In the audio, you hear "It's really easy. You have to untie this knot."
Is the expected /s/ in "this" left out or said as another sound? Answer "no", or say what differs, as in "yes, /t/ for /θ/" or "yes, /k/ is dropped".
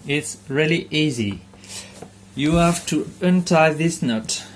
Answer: no